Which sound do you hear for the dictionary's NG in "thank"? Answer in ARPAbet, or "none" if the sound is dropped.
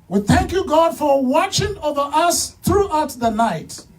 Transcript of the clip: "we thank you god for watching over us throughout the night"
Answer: NG